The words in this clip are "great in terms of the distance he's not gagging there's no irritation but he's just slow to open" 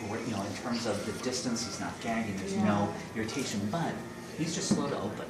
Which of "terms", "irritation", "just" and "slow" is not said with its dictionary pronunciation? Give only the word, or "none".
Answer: none